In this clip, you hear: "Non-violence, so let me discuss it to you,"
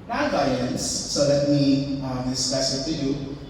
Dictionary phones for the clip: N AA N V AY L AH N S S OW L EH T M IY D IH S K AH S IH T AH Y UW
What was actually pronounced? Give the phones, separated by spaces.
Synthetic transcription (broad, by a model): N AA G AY AH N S S OW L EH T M IY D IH S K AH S IH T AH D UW